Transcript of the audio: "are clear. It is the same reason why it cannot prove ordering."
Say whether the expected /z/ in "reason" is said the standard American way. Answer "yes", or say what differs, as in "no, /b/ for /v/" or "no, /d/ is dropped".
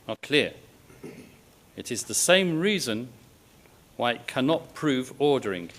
yes